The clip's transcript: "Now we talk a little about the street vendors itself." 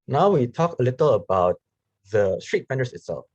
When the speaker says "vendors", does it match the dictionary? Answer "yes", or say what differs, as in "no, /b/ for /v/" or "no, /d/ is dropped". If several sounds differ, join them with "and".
no, /f/ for /v/ and /s/ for /z/